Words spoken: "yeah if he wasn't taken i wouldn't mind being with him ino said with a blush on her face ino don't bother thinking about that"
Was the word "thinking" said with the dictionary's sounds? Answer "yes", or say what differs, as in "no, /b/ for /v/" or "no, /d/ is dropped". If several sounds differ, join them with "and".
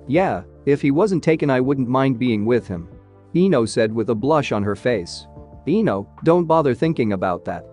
yes